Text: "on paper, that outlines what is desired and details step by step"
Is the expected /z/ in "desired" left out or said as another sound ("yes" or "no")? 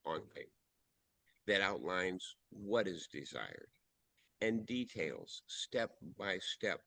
no